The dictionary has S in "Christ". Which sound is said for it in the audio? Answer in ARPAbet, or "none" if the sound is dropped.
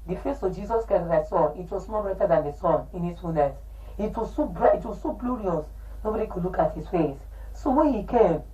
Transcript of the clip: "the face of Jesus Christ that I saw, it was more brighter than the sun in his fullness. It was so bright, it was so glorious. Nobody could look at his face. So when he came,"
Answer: none